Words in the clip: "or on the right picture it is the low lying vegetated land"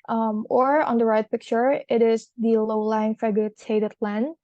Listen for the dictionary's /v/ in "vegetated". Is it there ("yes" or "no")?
no